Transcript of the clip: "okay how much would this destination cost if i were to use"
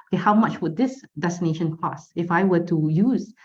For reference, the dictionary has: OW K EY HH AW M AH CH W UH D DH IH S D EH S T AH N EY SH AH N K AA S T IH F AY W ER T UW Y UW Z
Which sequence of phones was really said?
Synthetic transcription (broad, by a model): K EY HH AW M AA CH W UH D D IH S D EH S T AH N EY SH AH N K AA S IH F AY W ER T UW Y UW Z